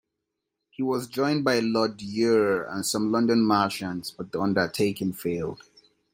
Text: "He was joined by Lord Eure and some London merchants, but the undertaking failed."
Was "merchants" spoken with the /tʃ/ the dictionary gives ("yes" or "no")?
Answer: no